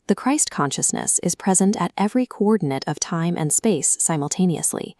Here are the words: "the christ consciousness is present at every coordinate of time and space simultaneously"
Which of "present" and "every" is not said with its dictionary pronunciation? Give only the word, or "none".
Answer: none